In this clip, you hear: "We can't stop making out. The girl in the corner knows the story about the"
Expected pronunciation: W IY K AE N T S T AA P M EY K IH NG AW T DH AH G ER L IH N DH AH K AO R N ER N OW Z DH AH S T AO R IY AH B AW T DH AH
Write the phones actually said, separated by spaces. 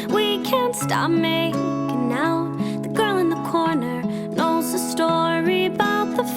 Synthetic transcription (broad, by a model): W IY K AE N T S T AA P M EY IH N AW DH AH G ER L IH N DH AH K AO R N ER N OW Z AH S T AO R IY AH B AW T DH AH